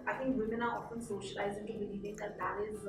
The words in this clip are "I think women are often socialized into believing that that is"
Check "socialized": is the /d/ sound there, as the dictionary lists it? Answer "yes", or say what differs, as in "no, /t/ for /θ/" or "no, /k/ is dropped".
no, /d/ is dropped